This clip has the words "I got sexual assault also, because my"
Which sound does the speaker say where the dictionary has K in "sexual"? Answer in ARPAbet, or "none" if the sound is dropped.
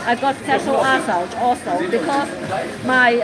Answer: none